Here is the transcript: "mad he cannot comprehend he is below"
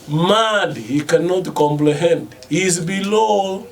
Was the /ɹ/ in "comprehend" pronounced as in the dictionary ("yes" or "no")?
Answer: no